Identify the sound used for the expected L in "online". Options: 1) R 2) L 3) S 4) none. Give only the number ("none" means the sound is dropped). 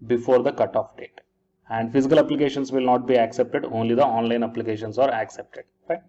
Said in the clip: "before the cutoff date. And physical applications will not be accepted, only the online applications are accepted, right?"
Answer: 2